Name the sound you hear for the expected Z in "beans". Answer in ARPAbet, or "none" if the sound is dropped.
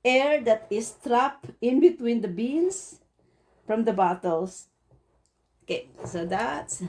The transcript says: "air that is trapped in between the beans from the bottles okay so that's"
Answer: S